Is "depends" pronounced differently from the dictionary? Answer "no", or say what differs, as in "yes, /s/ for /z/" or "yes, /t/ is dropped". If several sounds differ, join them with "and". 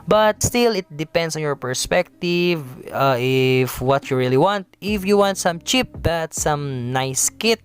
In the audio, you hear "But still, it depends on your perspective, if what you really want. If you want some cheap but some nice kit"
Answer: yes, /s/ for /z/